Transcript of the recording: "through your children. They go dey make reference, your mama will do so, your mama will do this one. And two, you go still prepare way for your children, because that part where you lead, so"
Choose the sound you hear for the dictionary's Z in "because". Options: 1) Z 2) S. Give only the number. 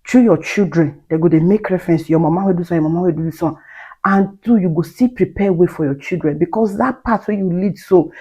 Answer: 2